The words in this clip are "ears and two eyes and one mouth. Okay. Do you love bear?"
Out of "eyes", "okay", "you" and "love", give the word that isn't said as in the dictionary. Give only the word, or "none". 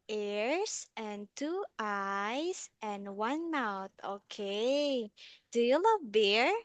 eyes